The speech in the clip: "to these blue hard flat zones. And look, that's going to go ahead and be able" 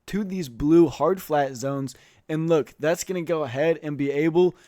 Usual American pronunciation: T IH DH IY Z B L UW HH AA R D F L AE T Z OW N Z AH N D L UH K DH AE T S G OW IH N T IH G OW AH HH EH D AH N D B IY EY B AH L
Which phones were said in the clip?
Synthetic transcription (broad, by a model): T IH DH IY Z B L UW HH AA R D F L AE T Z OW N Z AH N L UH K DH AE T S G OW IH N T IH G OW AH HH EH D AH N B IY EY B L